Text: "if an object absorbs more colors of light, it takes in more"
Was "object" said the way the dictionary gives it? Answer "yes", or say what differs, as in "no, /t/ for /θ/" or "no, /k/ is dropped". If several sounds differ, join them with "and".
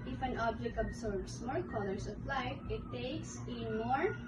yes